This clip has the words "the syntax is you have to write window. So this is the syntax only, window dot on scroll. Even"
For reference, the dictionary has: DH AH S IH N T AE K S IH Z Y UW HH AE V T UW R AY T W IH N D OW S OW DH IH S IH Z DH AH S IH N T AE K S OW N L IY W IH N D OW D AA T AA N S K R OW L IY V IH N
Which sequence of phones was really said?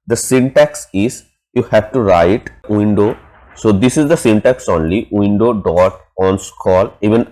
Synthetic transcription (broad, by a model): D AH S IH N T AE K S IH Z Y UW HH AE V T UW R AY T W IH N D OW S OW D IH S IH Z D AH S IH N T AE K S OW N L IY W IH N D OW D AA T AA N S K OW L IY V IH N